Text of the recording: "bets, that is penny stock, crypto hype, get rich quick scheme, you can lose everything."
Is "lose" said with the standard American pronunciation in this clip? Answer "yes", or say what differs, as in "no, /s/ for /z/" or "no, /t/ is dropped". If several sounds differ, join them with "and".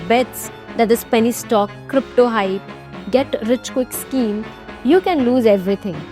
yes